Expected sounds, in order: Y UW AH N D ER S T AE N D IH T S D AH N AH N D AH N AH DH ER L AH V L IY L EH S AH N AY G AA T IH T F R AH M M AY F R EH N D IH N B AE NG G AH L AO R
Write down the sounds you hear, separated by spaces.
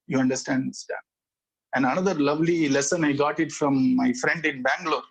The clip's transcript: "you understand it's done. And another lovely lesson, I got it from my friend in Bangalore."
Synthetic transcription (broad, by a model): Y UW AH N D ER S T AE N D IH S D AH AH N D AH N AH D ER L AH V L IY L EH S AH N AY G AA T IH T F R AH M M AY F R EH N D IH N B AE NG G L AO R